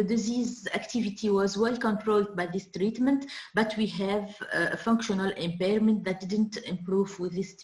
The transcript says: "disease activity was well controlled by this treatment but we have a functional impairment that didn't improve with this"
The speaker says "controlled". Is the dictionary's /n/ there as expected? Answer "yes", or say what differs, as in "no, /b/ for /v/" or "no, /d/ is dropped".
yes